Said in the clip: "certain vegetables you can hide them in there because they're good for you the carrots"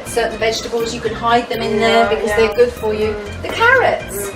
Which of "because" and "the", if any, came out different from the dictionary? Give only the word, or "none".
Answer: none